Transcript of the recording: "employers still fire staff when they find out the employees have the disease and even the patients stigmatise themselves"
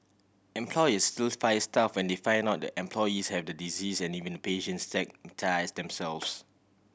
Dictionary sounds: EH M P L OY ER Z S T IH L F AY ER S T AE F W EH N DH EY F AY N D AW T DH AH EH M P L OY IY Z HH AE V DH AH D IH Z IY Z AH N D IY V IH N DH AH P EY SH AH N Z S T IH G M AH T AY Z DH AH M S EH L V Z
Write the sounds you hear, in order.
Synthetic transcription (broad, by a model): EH M P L OY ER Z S T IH L F AY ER S T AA F W EH N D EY F AY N AW T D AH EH M P L OY IY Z HH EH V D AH D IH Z IY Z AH N IY V IH N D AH P EY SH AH N S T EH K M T AY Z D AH M S EH L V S